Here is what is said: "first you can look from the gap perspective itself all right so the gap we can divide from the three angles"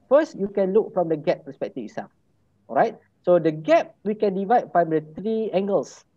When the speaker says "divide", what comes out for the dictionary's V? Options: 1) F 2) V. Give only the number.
2